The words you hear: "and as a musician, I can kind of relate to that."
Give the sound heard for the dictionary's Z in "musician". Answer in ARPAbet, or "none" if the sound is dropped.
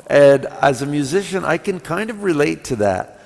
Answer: Z